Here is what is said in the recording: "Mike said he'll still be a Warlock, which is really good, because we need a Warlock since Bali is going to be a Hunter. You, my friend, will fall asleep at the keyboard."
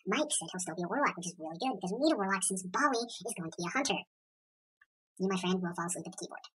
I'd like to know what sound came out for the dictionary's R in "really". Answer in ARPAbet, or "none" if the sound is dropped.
R